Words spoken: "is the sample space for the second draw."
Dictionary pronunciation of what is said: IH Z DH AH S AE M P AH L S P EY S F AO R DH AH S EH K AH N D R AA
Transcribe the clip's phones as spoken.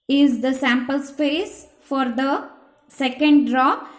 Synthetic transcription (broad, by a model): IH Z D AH S AE M P AH L S P EY S F AO R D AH S EH K AH N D R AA